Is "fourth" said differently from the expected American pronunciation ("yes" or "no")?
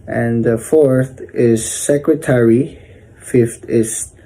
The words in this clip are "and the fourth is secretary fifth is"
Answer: no